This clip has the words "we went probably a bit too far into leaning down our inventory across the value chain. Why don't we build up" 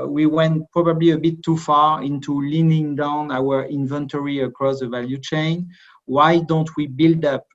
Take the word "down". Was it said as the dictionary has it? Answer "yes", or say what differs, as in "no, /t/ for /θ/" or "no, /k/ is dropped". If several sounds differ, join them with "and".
yes